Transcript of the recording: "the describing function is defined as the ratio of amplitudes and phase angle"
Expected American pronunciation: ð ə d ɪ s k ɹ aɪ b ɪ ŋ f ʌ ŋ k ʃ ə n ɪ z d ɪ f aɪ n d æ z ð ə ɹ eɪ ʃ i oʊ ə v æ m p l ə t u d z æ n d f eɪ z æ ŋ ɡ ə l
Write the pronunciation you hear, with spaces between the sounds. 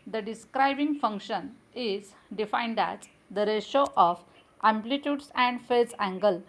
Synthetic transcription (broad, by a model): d ə d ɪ s k ɹ aɪ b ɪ ŋ f ʌ ŋ k ʃ ə n ɪ z d ɪ f aɪ n d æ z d ə ɹ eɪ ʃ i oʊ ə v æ m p l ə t u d s æ n d f eɪ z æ ŋ ɡ ə l